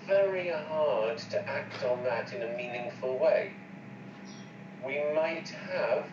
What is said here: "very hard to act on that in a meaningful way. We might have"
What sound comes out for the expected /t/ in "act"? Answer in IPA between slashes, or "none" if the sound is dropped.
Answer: /t/